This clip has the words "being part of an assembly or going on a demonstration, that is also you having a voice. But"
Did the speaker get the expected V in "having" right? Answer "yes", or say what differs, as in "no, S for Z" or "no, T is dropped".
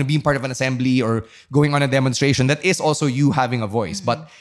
yes